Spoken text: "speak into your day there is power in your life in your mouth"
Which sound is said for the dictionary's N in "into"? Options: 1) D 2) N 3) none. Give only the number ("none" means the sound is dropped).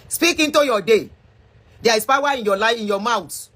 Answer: 2